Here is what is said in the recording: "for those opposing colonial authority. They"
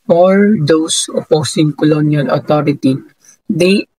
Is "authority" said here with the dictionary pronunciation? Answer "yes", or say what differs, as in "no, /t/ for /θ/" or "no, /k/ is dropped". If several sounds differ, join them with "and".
no, /t/ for /θ/